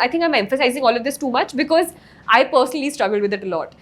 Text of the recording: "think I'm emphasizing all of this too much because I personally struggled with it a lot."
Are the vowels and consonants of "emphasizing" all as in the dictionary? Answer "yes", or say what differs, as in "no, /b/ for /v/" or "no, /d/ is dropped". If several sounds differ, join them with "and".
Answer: yes